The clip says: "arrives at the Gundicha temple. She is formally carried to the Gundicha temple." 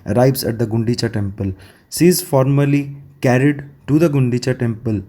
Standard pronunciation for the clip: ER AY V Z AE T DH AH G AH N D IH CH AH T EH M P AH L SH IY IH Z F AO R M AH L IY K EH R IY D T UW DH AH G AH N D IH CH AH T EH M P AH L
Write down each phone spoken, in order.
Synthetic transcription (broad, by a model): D AY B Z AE T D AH G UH N D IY CH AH T EH M P AH L S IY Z F AO R M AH L IY K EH R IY D T UW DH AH G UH N D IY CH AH T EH M P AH L